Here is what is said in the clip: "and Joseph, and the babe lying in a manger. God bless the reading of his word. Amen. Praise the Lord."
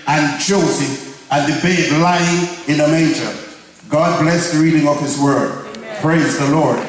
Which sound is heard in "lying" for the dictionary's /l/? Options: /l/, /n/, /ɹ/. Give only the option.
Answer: /l/